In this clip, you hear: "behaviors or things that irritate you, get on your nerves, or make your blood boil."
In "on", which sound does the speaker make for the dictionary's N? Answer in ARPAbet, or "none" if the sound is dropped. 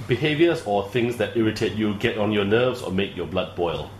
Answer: N